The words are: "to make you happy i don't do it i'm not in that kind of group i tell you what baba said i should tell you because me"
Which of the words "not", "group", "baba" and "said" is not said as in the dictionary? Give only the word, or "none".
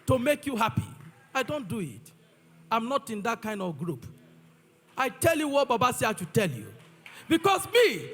said